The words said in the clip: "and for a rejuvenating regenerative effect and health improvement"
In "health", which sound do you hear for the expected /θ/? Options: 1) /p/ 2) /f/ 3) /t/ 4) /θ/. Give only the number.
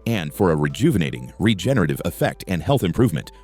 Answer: 4